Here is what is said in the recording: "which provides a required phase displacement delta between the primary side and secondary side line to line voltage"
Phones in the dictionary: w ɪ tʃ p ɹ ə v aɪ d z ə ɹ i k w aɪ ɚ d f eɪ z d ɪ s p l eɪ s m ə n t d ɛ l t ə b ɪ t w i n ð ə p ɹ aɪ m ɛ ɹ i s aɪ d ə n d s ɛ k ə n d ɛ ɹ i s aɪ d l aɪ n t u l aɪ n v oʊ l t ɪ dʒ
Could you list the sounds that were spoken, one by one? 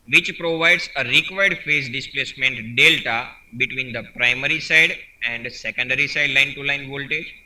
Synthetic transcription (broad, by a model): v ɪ tʃ p ɹ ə v aɪ d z ə ɹ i k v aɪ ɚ d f eɪ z d ɪ s p l eɪ s m ə n t d ɛ l t ə b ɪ t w i n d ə p ɹ aɪ m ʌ ɹ i s aɪ d ə n d s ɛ k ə n d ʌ ɹ i s aɪ d l aɪ n t u l aɪ n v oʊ l t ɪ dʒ